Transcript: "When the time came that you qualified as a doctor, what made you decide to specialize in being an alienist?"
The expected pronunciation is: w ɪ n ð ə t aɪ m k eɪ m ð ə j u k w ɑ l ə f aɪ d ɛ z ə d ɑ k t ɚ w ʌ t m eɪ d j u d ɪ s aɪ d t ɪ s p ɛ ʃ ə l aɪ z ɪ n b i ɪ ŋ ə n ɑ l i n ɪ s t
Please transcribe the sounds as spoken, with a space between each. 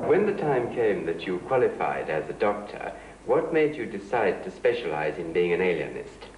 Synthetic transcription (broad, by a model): w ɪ n ð ə t aɪ m k eɪ m ð ə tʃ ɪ k w ɑ l ə f aɪ d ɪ z ə d ɑ k t ɚ w ʌ t m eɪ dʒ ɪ d ɪ s aɪ d t ɪ s p ɛ ʃ ə l aɪ z ɪ n b i ɪ ŋ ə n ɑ l i n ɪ s t